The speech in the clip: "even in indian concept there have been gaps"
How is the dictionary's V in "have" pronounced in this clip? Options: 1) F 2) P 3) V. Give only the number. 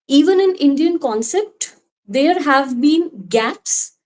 3